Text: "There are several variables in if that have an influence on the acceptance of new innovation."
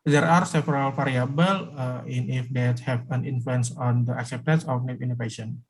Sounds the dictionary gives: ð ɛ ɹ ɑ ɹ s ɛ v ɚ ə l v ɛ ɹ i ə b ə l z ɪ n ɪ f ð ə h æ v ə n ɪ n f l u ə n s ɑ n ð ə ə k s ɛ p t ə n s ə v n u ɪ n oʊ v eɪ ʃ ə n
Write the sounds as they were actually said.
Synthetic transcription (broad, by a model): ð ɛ ɹ ɑ ɹ s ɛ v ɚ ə l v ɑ ɹ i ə b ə l ɪ n ɪ f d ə h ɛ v ə n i n f l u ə n s ɑ n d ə ə k s ɛ p t ə n s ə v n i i n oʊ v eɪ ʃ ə n